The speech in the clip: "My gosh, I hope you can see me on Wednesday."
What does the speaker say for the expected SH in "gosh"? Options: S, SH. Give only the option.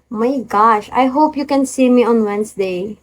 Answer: SH